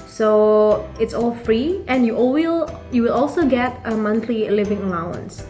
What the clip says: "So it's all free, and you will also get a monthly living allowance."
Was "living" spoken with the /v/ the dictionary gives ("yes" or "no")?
yes